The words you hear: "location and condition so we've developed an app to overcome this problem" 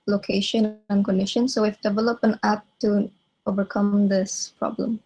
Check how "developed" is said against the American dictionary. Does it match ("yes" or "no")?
no